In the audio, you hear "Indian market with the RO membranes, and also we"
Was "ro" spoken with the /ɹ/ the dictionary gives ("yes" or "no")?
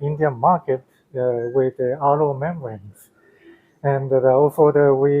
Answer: no